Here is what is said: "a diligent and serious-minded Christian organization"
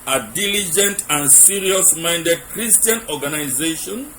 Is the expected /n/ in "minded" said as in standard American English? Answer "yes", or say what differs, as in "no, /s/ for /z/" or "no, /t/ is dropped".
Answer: yes